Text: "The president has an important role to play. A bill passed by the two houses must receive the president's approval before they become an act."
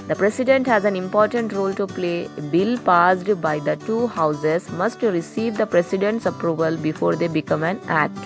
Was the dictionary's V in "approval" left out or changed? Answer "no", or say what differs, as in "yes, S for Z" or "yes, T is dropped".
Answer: no